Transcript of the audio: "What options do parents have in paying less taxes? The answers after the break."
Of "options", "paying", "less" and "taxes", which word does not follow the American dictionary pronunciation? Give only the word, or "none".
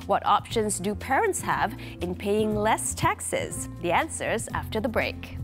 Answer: none